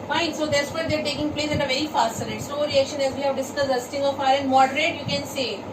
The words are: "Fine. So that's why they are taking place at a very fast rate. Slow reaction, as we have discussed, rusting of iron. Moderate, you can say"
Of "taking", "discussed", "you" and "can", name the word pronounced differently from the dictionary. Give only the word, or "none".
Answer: discussed